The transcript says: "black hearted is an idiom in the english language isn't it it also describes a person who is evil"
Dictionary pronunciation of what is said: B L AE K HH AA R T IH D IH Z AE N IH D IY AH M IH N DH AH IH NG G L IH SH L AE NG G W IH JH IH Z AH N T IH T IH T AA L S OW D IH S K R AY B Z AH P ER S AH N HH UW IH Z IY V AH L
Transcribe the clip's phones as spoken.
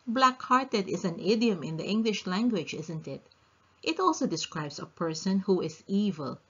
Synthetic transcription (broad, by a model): B L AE K HH AA R T IH D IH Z AE N IH D IY AH M IH N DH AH IH NG G L IH SH L AE NG G W IH JH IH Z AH N T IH T IH T AA L S OW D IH S K R AY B S AH P ER S AH N HH UW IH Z IY V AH L